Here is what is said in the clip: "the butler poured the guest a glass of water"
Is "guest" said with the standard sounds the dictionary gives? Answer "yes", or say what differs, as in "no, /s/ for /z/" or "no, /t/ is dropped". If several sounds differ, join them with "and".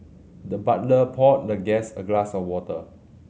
no, /t/ is dropped